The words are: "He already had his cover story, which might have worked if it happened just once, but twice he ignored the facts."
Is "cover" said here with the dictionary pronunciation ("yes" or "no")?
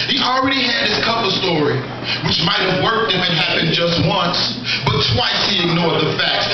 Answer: no